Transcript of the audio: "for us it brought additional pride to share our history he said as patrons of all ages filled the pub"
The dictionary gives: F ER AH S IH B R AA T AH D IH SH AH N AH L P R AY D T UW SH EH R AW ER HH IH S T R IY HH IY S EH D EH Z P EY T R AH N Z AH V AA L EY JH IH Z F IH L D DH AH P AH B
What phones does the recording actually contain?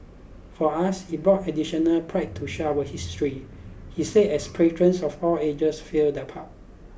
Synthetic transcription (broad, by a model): F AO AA S IH B R AA T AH D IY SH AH N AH L P R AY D T UW SH AW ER HH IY S T R IY HH IY S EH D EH S P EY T R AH N S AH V AA L EY JH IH S F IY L D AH P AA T